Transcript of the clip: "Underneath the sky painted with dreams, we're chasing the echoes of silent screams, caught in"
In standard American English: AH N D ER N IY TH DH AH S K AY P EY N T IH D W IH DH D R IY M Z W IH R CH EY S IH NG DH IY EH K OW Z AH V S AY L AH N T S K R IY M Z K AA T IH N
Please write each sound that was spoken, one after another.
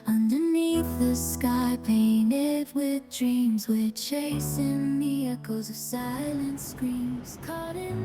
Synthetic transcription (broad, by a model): AH N D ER N IY TH DH AH S K AY P EY N T IH D W IH DH D R IY M Z W IH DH CH EY S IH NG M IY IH K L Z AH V S AY L AH N T S K R IY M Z K AA T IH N